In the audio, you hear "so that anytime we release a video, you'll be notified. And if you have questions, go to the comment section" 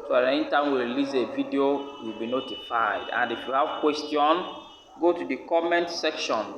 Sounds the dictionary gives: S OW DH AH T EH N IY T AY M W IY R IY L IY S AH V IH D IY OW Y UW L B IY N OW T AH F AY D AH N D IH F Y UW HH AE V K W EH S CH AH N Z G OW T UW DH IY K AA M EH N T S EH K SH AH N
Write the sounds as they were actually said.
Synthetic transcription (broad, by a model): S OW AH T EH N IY T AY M W IY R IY L IY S AH V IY D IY OW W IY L B IY N OW T AH F AY D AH N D IH F Y UW HH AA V K W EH S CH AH N G OW T UW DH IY K AA M EH N T S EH K SH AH N